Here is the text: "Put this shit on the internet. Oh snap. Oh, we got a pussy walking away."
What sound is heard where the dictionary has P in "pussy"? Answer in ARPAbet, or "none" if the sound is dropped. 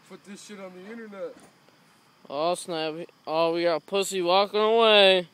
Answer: P